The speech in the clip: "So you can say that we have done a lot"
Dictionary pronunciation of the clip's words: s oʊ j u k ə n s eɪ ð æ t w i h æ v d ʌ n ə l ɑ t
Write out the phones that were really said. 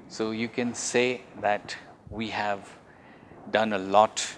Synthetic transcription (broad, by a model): s oʊ j u k ə n s eɪ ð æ t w i h æ v d ʌ n ə l ɑ t